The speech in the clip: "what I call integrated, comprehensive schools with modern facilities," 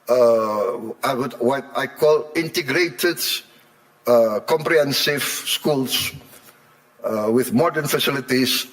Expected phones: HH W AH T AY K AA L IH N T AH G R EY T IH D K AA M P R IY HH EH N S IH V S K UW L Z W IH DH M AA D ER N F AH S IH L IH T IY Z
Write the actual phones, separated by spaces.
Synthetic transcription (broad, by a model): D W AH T AY K AA L IH N T AH G R EY T IH D K AA M P R IY HH EH N S IH V S K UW L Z W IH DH M AA D ER N F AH S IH L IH T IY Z